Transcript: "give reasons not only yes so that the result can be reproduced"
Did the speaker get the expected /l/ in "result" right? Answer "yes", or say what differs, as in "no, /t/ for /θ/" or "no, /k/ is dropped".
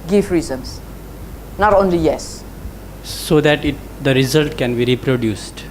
yes